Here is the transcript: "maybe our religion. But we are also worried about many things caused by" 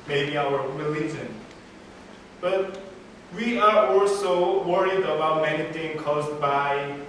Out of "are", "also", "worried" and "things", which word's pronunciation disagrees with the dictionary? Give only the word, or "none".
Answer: things